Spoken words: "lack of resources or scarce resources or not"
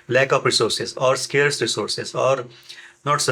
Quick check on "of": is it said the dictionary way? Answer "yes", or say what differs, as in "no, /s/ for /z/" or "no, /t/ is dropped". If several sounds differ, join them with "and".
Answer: no, /p/ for /v/